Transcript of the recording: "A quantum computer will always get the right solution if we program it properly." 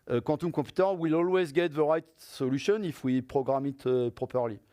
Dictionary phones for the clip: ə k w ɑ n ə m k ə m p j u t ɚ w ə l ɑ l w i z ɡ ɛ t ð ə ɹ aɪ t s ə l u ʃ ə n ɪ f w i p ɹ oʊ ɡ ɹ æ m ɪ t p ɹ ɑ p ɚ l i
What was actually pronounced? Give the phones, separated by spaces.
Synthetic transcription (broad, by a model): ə k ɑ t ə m k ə p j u t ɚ w ə l ɑ l w i z ɡ ɛ t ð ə ɹ aɪ t s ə l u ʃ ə n ɪ f w i p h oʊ ɡ ɹ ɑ m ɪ t p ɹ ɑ p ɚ l i